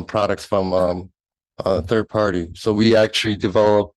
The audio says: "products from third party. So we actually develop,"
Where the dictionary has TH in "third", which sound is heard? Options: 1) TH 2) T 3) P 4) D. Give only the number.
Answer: 1